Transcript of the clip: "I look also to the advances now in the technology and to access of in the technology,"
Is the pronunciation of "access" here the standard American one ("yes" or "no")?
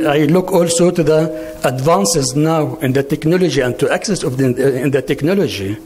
yes